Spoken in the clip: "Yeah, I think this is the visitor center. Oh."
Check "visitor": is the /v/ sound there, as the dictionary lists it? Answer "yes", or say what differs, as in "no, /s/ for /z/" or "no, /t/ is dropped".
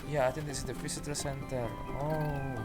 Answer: no, /f/ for /v/